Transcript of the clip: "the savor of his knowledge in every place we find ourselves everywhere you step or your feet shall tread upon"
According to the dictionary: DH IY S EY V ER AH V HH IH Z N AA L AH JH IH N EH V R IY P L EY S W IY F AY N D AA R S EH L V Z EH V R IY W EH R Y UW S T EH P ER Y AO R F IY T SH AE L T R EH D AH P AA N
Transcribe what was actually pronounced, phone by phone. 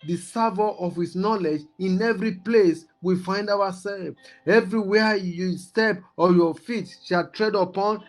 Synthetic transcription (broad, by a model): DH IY S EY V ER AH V HH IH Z N AA L AH JH IH N EH V R IY P L EY S W IY F AY N D AA W S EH L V EH V R IY W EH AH Y UW S T EH P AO Y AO F IY T SH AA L T R EH D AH P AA N